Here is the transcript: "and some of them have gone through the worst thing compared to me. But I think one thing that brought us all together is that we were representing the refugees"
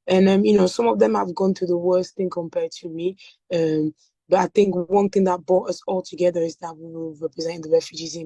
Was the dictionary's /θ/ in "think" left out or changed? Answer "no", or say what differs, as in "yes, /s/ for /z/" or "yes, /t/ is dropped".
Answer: no